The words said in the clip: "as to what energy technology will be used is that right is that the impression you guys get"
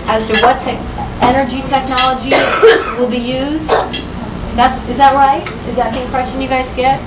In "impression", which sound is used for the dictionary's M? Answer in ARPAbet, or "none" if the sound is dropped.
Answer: none